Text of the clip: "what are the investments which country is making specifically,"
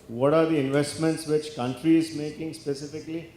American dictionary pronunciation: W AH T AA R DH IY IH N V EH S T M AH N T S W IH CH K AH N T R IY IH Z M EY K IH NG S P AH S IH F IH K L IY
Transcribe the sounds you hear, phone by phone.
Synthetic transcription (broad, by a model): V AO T AA R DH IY IH N V EH S T M AH N T S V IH CH K AH N T R IY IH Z M EY K IH NG S P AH S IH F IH K L IY